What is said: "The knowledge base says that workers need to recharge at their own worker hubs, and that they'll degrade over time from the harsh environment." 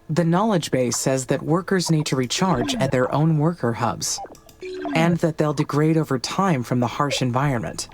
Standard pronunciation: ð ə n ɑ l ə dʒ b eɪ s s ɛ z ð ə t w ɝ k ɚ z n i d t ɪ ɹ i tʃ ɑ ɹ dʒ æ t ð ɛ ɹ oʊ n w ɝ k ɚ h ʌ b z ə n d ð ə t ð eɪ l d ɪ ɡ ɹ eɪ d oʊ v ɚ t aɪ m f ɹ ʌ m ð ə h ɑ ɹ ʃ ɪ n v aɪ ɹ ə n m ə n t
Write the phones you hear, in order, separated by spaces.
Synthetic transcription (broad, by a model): ð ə n ɑ l ə dʒ b eɪ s s ɛ z ð ə t w ɝ k ɚ z n i d t ɪ ɹ i tʃ ɑ ɹ dʒ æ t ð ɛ ɹ oʊ n w ɝ k ɚ h ʌ b z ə n ð ə t ð eɪ l d ɪ ɡ ɹ eɪ d oʊ v ɚ t aɪ m f ɹ ʌ m ð ə h ɑ ɹ ʃ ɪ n v aɪ ɹ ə n m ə n t